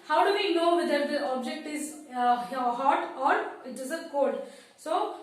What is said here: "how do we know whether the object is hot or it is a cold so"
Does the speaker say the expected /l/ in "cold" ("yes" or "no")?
no